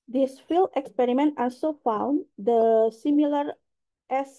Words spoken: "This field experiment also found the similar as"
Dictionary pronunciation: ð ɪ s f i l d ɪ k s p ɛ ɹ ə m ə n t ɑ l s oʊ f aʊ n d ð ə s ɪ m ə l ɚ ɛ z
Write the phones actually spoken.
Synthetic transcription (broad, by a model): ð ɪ s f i l ɪ k s p ɛ ɹ ə m ə n t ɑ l s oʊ f aʊ n d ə s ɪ m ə l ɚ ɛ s